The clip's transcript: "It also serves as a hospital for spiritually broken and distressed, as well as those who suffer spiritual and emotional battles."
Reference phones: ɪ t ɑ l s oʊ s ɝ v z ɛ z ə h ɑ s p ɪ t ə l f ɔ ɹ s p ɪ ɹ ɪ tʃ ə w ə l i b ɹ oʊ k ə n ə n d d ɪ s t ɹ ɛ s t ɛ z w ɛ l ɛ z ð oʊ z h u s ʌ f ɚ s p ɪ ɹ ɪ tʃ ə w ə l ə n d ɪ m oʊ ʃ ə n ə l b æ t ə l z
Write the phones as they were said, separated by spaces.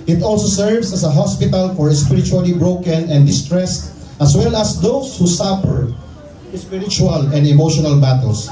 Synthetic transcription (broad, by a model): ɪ t ɑ l s oʊ s ɝ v s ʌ s ə h ɑ s p ɪ t ə l f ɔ ɹ s p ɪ ɹ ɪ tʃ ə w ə l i b ɹ oʊ k ə n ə n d d ɪ s t ɹ ɛ s t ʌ s w ɛ l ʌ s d oʊ s h u s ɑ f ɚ s p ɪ ɹ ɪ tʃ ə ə l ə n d ɪ m oʊ ʃ ə n ə l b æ t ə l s